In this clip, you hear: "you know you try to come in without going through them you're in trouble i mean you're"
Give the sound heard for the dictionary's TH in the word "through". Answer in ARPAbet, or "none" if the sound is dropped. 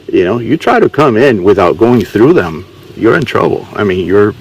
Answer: TH